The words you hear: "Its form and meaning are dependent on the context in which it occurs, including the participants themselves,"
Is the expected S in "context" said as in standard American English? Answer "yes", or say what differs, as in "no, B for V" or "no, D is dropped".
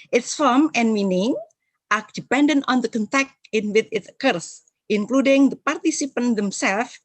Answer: no, S is dropped